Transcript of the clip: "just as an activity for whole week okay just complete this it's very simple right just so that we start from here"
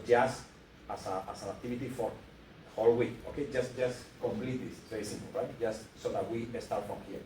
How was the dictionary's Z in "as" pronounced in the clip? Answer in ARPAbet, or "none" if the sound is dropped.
S